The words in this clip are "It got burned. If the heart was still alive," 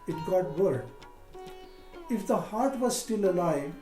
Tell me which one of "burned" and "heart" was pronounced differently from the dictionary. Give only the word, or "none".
burned